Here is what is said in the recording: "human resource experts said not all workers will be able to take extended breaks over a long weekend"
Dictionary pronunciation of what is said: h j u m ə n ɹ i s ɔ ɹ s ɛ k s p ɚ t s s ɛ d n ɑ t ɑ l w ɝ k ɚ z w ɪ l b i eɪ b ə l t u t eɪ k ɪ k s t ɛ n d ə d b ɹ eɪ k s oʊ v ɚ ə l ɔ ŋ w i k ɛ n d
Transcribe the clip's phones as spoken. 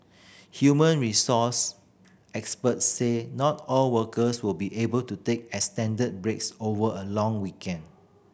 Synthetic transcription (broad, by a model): h j u m ə n ɹ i s ɔ s ɛ k s p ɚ t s s ɛ n ɑ t ɑ l w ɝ k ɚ s w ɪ l b i eɪ b ə l t u t eɪ k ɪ s t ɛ n d ə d b ɹ eɪ k s oʊ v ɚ ə l ɔ ŋ w i k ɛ n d